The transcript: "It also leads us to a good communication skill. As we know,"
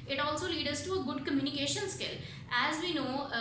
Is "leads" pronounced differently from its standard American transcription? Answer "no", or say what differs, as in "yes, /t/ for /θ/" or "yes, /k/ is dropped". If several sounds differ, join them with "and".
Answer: yes, /z/ is dropped